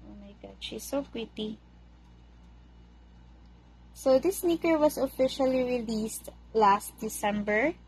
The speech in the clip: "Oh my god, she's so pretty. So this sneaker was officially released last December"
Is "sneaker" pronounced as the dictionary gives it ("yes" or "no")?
yes